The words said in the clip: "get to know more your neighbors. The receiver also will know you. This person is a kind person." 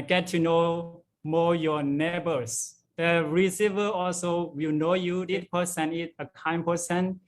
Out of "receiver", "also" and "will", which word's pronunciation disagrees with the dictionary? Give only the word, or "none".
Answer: none